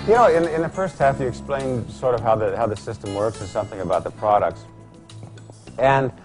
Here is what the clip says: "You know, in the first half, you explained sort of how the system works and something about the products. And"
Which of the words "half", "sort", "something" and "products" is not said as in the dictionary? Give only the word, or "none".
none